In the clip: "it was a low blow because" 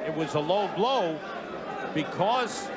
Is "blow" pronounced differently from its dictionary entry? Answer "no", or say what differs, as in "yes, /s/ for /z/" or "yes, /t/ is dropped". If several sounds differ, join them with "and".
no